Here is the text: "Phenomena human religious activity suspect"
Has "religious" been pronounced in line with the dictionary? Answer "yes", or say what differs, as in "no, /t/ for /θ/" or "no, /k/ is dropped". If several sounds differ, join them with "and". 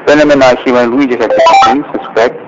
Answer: no, /l/ is dropped